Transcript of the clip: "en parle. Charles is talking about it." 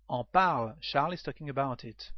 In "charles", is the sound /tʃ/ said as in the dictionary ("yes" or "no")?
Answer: no